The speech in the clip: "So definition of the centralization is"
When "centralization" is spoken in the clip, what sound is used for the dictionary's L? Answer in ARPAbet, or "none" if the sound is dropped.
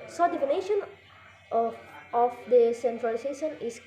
none